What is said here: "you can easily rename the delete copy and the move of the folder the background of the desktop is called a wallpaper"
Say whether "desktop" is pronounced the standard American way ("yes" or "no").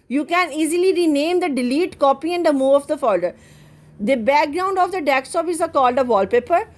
no